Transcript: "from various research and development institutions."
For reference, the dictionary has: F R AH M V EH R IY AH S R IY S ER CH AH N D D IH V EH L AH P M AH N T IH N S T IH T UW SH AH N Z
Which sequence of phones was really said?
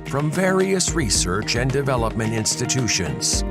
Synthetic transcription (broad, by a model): F R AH M V EH R IY AH S R IY S ER CH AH N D D IH V EH L AH P M AH N T IH N S T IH T UW SH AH N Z